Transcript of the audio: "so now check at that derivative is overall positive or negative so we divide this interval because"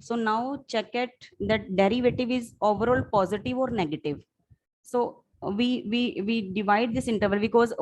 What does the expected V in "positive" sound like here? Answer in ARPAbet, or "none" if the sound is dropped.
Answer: V